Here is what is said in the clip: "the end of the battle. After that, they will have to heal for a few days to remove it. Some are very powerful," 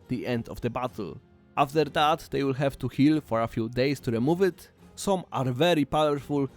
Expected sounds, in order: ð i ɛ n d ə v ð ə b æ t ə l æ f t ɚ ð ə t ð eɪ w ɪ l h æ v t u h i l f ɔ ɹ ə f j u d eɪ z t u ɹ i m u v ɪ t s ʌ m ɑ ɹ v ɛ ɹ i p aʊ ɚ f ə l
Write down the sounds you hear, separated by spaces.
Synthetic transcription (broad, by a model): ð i ɛ n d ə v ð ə b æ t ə l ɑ f t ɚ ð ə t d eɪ w ɪ l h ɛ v t u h i l f ɔ ɹ ə f j u d eɪ s t u ɹ i m u v ɪ t s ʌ m ɑ ɹ v ɛ ɹ i p aʊ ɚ f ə l